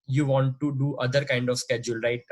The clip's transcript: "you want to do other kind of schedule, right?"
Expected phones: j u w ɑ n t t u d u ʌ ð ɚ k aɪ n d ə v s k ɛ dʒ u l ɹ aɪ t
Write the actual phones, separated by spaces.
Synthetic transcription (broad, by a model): j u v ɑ n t t u d u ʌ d ɚ k aɪ n d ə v s k ɛ dʒ u l ɹ aɪ t